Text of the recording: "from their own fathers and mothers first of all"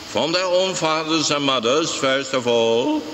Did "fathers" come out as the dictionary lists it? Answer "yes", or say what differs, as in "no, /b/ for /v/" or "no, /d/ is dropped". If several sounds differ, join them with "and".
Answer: yes